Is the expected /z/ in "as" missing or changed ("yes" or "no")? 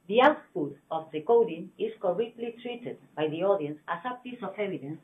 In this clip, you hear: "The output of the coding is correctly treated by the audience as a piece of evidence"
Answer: yes